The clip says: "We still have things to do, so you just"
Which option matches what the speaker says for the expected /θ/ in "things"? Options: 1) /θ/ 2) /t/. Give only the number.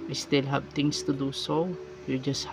2